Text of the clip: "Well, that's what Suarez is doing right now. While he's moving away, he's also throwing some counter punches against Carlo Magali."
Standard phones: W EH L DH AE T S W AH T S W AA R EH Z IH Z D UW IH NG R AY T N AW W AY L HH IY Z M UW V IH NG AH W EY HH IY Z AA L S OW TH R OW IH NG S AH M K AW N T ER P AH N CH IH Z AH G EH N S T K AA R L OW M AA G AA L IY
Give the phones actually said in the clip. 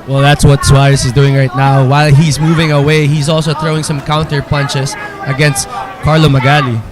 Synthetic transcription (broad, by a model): W EH L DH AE T S W AH T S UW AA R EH S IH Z D UW IH NG R AY T N AW W AY L HH IY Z M UW V IH NG AH W EY HH IY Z AA L S OW TH R OW IH NG S AH M K AW N T ER P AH N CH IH S AH G EH N S T K AA R L OW M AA G AA L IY